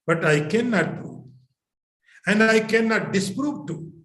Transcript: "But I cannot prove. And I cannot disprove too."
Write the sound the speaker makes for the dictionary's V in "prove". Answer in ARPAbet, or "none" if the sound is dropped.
none